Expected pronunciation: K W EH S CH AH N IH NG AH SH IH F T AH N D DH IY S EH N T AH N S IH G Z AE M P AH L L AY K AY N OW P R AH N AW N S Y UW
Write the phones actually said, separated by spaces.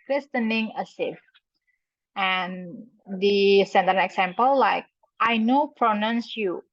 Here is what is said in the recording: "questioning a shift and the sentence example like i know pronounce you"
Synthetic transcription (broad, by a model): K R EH S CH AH N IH NG AH S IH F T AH N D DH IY S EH N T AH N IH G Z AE M P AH L L AY K AY N OW P R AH N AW N S Y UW